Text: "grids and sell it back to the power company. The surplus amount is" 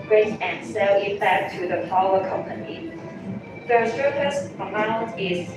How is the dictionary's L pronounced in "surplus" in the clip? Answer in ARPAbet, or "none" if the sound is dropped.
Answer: none